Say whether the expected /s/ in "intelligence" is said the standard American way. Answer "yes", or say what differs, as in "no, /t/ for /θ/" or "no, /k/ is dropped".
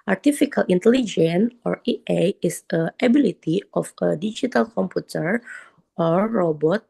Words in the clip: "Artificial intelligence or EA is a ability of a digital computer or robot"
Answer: no, /s/ is dropped